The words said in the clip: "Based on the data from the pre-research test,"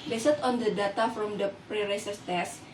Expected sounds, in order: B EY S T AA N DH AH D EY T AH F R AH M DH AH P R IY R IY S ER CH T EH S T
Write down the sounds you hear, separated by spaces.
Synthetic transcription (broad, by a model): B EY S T AA N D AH D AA T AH F R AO M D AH P R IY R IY S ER S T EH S